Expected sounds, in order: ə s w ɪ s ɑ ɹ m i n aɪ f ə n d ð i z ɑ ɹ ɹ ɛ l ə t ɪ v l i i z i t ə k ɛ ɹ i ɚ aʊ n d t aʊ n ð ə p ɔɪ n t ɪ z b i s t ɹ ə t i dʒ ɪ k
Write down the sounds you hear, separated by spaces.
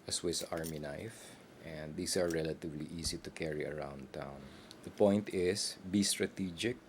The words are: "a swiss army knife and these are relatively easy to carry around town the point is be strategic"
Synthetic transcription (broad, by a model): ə s w ɪ s ɑ ɹ m i n aɪ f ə n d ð i s ɑ ɹ ɹ ɛ l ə t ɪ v l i i s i t ə k ɛ ɹ i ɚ aʊ n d t aʊ n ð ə p ɔɪ n t ɪ s b i s t ɹ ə t i dʒ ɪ k